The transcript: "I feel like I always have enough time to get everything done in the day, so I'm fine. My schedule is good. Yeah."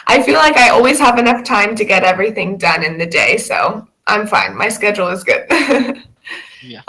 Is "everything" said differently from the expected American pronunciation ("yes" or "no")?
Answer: no